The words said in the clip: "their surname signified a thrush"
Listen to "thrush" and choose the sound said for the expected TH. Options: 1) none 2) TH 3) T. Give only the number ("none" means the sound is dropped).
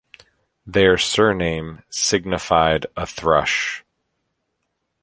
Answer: 2